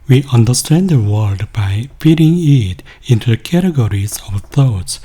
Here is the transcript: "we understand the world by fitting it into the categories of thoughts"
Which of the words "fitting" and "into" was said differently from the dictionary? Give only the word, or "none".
fitting